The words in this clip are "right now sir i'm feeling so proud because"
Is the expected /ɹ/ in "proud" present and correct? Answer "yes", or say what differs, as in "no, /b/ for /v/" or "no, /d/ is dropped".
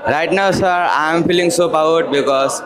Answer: no, /ɹ/ is dropped